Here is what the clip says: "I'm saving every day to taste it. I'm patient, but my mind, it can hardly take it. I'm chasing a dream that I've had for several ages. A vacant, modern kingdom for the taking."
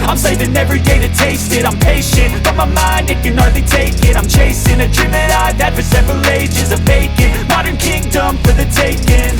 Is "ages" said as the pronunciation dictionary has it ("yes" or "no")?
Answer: yes